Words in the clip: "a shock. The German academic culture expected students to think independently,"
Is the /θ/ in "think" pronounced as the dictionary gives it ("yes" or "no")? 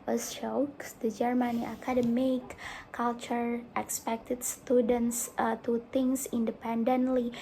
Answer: no